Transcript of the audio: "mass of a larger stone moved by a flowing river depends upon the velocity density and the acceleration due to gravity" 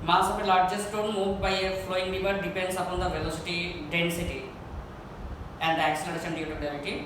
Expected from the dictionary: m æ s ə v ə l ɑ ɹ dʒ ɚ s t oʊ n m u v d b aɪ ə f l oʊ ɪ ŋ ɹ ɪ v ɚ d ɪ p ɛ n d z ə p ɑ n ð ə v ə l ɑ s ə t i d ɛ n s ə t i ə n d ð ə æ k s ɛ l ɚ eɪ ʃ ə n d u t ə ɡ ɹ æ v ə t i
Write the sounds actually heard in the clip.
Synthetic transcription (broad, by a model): m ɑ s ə p ə l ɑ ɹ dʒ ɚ s t oʊ n m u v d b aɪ ə f l oʊ ɪ ŋ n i b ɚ d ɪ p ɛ n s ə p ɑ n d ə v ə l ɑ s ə t i d ɛ n s ə t i ə n d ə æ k s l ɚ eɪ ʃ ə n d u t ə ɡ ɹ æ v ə t i